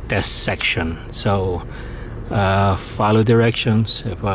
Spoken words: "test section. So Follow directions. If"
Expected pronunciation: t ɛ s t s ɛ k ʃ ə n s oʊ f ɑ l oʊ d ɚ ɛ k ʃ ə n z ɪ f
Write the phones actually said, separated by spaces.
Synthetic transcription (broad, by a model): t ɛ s s ɛ k ʃ ə n s oʊ f ɑ l oʊ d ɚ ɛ k ʃ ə n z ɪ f